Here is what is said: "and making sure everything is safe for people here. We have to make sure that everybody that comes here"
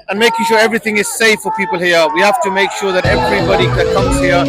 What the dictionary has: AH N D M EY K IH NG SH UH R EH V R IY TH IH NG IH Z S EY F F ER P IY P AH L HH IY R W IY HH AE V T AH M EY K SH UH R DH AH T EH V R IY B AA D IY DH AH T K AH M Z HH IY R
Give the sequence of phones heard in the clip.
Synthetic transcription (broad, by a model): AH N M EY K IH NG SH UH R EH V R IY TH IH NG IH Z S EY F F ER P IY P AH L HH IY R W IY HH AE F T AH M EY K SH UH R DH AH T EH V R IY B AA D IY DH AH T K AH M Z HH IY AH